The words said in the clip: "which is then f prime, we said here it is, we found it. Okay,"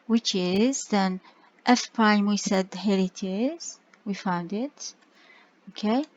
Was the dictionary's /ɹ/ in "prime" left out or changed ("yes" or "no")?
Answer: yes